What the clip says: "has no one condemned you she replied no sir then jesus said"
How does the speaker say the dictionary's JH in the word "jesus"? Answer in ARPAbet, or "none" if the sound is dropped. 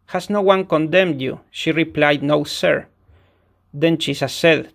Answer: CH